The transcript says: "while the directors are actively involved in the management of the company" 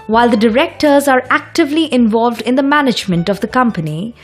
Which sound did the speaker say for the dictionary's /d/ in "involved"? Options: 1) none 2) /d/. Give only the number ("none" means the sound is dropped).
2